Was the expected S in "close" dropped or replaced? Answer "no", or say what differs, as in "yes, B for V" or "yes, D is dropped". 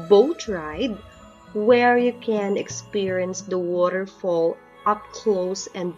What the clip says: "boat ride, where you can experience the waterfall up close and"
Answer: no